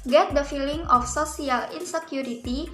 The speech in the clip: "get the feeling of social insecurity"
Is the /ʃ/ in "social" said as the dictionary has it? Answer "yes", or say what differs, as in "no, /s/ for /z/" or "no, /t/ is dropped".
no, /s/ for /ʃ/